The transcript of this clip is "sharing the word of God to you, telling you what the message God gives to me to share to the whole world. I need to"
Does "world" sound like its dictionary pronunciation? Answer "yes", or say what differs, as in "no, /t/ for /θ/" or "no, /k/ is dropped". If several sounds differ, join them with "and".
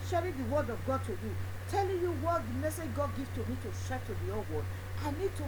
no, /l/ is dropped